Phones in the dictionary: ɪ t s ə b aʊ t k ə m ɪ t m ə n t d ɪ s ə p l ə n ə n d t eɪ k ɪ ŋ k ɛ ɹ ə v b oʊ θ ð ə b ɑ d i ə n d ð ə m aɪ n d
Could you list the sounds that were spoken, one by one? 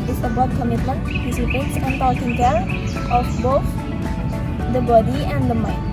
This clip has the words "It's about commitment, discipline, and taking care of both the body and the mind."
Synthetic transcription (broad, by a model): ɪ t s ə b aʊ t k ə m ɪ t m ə n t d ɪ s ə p ə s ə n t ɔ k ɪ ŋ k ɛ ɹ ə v b oʊ θ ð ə b ɑ d i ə n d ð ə m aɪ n